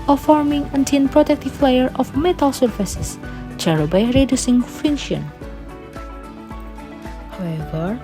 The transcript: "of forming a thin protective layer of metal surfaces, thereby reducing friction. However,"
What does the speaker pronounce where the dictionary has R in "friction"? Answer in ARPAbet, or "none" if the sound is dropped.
none